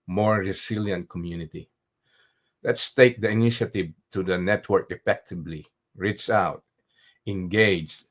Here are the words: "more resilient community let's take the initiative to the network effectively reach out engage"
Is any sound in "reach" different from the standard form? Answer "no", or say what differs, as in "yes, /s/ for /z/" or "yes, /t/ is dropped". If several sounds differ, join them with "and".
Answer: yes, /s/ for /tʃ/